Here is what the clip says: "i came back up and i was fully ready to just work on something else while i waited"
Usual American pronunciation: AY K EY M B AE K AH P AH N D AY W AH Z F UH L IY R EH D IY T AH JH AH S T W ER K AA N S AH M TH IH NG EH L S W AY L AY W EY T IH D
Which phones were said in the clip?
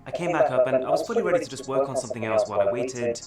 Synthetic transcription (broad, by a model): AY K EY M B AE K AH P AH N AY W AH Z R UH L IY R EH D IY T AH JH AH S T W ER K N S AH M TH IH NG EH L S W AY L AY W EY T IH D